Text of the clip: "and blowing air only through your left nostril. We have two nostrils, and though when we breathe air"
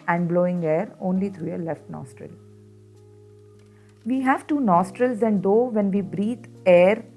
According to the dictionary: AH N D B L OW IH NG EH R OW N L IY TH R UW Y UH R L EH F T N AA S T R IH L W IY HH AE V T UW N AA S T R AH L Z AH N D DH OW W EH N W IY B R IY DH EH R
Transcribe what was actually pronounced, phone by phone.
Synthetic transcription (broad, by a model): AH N D B L OW IH NG EH R OW N L IY T R UW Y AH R L EH F T N AA S T R IH L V IY HH AE V T UW N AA S T R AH L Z AH N D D OW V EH N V IY B R IY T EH R